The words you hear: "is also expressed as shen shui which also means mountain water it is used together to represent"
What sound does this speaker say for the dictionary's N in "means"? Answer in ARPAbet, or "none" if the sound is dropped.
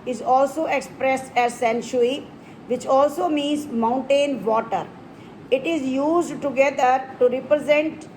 N